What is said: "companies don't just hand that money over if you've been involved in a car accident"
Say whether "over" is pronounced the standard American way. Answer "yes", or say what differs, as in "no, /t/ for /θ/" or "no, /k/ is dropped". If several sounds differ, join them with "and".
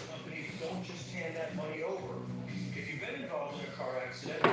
yes